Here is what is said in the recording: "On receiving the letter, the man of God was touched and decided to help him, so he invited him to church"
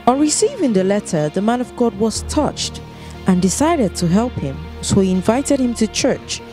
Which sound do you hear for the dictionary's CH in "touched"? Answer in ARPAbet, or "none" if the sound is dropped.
CH